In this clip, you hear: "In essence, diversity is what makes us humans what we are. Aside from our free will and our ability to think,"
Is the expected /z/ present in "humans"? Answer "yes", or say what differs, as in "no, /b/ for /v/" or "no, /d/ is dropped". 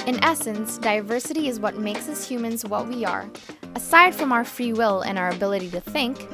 yes